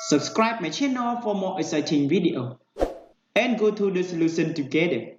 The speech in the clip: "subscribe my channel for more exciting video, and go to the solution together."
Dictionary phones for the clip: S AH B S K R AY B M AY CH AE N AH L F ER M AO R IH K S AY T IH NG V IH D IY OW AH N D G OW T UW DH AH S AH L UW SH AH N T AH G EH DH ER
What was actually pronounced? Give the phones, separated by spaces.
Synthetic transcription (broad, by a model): S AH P S K R AY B M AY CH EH N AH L F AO M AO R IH S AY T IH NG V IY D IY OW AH N G OW T UW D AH S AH L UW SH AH N T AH G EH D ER